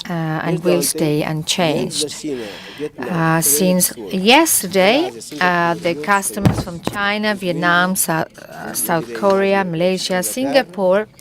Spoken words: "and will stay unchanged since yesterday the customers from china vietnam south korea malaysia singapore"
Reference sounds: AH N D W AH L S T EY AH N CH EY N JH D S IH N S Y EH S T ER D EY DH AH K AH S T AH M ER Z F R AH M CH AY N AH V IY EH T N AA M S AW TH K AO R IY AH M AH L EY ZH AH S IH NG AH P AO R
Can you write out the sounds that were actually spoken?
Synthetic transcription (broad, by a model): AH N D W AH L S T EY AH N CH EY N JH D S IH N S Y EH S T ER D EY DH AH K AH S T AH M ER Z F R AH M CH AY N AH V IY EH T N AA M S AW TH K AO R IY AH M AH L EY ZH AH S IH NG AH P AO R